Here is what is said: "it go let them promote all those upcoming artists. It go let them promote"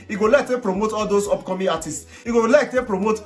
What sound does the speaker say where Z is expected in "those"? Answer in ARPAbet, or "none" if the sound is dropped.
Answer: S